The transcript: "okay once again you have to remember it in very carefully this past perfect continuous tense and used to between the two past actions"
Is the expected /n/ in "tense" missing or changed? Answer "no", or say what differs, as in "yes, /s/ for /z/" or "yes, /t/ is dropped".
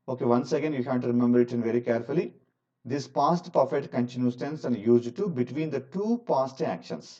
no